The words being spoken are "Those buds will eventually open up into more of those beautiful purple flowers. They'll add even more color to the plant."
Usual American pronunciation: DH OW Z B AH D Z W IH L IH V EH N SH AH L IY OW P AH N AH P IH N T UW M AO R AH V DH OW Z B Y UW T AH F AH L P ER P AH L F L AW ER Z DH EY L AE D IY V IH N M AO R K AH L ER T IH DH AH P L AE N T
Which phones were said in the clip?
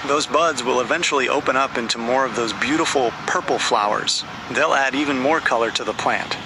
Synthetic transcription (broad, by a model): DH OW Z B AH D Z W IH L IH V EH N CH L IY OW P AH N AH P IH N T UW M AO R AH V DH OW Z B Y UW T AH F L P ER P L F L AW ER Z DH EY L AE D IY V IH N M AO R K AH L ER T IH DH AH P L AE N T